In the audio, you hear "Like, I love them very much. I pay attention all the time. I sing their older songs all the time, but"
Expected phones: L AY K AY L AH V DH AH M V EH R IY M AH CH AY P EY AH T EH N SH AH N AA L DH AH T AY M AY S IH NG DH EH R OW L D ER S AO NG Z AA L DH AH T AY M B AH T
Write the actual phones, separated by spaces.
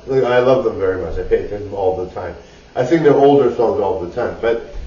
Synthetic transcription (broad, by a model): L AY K AY L AH V DH AH M V EH R IY M AH CH AY P EY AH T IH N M AA L DH AH T AY M AY TH IH NG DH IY OW L D ER S AO NG Z AA L DH AH T AY M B AH T